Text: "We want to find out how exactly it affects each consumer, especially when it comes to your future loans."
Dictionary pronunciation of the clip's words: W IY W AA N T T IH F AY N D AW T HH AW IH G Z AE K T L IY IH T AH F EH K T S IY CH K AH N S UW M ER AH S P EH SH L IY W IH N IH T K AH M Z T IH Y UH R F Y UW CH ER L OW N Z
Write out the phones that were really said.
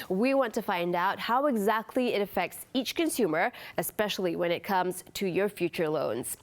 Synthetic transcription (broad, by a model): W IY W AA N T T IH F AY N D AW T HH AW IH G Z AE K T L IY IH T AH F EH K T S IY CH K AH N S UW M ER AH S P EH SH L IY W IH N IH T K AH M Z T IH Y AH R F Y UW CH ER L OW N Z